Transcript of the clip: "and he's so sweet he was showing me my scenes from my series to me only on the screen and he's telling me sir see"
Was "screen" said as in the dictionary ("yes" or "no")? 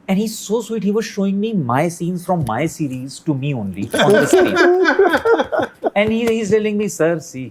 no